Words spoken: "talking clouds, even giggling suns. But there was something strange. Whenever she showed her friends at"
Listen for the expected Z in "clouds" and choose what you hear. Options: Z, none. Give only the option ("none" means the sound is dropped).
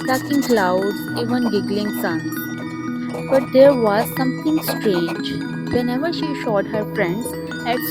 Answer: none